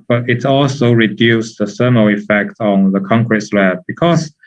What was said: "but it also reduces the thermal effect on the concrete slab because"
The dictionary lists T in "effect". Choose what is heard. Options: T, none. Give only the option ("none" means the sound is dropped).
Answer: T